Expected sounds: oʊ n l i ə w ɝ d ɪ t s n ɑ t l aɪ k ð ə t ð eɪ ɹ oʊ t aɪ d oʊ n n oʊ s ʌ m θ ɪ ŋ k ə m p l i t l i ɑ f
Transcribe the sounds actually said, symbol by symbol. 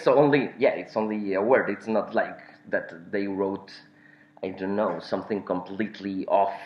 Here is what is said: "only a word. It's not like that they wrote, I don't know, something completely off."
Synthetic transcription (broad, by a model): oʊ n l i ə w ɝ d ɪ t s n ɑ t l aɪ k ð ə t ð eɪ ɹ oʊ t aɪ d oʊ n n oʊ s ʌ m θ ɪ ŋ k ə m p l i t l i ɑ f